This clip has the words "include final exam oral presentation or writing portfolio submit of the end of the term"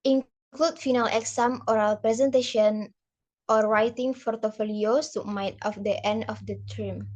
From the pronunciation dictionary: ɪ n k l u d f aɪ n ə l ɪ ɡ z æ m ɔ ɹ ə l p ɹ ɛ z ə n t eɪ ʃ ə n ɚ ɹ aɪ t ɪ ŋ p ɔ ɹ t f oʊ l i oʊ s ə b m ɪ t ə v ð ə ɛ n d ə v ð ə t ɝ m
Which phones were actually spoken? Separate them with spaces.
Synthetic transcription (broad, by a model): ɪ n k l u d f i n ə l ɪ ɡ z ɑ m ɔ ɹ ə l p ɹ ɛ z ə n t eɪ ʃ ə n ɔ ɹ aɪ t ɪ ŋ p ɔ ɹ t f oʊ l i oʊ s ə m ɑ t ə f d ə ɛ n d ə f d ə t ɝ m